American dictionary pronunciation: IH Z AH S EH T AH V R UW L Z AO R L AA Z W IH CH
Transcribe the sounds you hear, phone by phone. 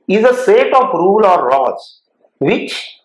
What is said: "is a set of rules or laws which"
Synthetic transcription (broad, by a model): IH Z AH S EH T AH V R UW L AO R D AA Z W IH CH